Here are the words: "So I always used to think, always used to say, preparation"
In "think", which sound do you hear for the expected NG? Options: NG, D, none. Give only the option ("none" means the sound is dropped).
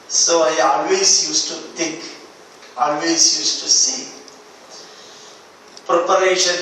none